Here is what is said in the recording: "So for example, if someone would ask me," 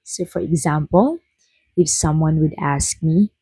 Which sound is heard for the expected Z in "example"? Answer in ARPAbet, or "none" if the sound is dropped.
Z